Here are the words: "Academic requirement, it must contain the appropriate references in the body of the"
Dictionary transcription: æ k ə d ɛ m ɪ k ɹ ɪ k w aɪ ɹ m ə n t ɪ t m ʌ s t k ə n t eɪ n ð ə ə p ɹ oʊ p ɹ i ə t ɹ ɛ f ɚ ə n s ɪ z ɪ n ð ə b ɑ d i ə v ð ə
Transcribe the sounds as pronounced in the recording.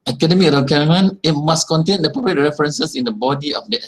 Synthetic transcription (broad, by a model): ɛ k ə d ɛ m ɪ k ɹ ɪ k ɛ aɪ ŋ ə n ɪ t m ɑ s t k ə n t eɪ n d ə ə p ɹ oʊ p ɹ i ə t ɹ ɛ f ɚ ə n s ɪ s ɪ n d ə b ɑ d i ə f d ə